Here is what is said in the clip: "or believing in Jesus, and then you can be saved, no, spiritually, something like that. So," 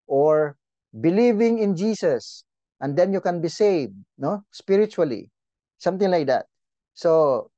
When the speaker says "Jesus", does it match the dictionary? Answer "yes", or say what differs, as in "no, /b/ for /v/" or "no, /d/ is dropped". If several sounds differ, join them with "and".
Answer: no, /s/ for /z/